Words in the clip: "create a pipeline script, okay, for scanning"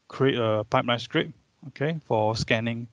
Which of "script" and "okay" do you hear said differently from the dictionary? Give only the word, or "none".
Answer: script